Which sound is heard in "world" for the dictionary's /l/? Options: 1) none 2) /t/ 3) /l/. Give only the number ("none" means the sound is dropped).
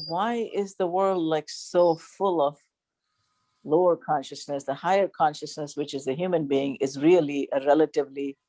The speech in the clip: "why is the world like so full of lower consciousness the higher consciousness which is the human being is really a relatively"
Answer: 3